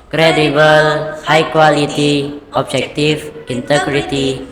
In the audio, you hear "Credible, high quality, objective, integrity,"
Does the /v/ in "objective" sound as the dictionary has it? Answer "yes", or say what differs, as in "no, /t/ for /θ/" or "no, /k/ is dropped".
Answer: no, /f/ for /v/